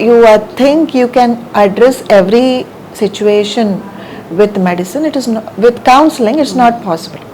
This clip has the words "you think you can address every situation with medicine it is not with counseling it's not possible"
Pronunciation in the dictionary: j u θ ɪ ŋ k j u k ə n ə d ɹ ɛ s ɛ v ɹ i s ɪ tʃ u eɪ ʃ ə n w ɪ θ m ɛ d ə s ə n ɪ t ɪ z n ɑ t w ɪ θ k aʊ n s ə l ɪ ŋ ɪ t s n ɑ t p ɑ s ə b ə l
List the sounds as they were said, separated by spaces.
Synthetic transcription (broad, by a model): j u t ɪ ŋ k j u k ə n ə d ɹ ɛ s ɛ v ɹ i s ɪ tʃ u eɪ ʃ ə n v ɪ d m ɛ d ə s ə n ɪ t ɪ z n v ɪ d k aʊ n s ə l ɪ ŋ ɪ t s n ɑ t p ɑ s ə b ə l